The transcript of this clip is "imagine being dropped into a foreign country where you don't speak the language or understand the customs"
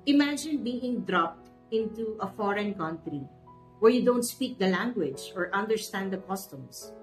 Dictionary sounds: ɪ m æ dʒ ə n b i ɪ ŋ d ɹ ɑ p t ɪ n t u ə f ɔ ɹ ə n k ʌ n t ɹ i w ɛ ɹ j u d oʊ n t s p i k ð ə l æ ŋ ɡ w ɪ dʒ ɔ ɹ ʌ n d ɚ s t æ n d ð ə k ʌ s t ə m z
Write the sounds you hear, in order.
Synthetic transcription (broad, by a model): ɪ m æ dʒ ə n b i ɪ ŋ d ɹ ɑ p t ɪ n t u ə f ɔ ɹ ə n k ʌ n t ɹ i w ɛ ɹ j u d oʊ n t s p i k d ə l æ ŋ ɡ w ɪ dʒ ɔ ɹ ʌ n d ɚ s t æ n d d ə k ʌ s t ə m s